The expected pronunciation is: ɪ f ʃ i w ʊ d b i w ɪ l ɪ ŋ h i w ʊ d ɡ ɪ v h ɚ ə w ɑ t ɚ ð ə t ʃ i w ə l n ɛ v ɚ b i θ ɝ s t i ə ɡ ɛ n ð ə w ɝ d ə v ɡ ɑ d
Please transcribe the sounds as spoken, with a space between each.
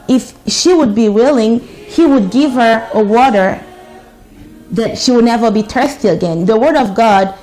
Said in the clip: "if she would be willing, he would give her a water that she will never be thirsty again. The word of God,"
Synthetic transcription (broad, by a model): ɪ f ʃ i w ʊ d b i w ɪ l ɪ ŋ h i w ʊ d ɡ ɪ v h ɚ ə w ɑ t ɚ ð ə t ʃ i w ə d n ɛ v ɚ b i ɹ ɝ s t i ə ɡ ɛ n ð ə w ɝ d ə v ɡ ɑ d